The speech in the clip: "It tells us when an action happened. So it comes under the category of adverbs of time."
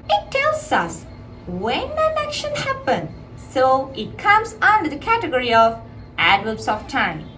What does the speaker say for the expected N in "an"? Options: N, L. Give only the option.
L